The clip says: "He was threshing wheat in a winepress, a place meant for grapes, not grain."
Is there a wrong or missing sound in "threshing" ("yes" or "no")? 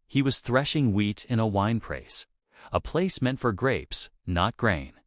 no